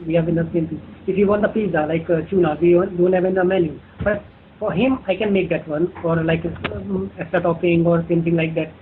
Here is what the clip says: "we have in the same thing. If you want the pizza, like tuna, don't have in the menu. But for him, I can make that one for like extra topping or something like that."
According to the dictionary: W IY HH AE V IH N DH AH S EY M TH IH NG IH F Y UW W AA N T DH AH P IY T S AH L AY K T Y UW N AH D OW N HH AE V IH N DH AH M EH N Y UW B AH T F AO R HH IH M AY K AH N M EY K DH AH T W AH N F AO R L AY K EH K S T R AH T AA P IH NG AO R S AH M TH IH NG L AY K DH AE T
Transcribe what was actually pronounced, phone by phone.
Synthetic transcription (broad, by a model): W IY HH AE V IH N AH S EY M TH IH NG IH F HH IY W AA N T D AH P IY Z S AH L AY K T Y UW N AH D OW N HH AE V IH N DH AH M EH N Y UW B AH T F AO R HH IH M AY K AH N M EY K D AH T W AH N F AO R L AY K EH S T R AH T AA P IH NG AO R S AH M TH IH NG L AY K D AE T